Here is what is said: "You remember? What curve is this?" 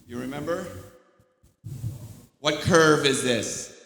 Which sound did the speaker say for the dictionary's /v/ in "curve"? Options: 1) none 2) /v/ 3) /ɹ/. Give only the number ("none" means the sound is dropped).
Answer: 2